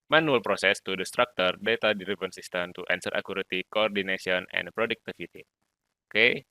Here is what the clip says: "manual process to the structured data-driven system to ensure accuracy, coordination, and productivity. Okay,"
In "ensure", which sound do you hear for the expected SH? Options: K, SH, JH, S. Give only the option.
S